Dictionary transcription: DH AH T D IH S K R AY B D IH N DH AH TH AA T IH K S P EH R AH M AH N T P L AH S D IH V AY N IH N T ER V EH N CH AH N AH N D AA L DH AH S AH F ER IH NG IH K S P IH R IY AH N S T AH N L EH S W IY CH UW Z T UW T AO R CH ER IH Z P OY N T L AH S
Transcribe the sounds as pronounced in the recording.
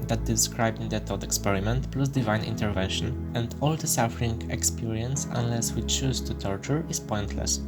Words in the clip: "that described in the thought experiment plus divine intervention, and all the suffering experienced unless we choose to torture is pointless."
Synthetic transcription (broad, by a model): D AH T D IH S K R AY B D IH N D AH T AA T IH K S P EH R AH M AH N T P L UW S D IH V AY N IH N T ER V EH N SH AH N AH N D AA L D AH S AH F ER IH NG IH K S P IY R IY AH N S AH N L EH S W IY CH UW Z T UW T AO R CH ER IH S P OY N T L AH S